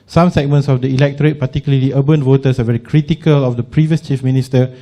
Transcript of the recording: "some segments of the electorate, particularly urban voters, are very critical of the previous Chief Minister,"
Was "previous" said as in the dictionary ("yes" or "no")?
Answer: yes